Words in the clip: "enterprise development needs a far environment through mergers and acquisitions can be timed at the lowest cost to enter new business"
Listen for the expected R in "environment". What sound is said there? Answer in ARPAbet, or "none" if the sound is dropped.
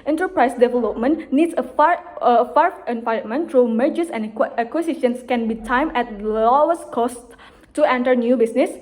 none